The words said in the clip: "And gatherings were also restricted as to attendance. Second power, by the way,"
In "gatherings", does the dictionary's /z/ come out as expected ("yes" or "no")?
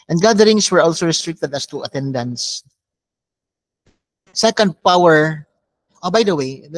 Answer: no